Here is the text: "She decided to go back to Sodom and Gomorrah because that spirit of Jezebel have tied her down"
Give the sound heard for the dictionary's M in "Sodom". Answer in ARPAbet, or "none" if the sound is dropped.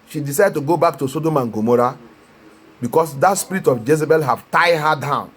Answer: M